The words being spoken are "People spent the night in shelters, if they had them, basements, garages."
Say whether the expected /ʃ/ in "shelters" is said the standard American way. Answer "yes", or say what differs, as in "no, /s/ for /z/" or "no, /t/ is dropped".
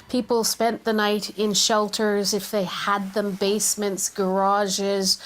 yes